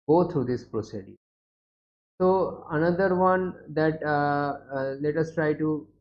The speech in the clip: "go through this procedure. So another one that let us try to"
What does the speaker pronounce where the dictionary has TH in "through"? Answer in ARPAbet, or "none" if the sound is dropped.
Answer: T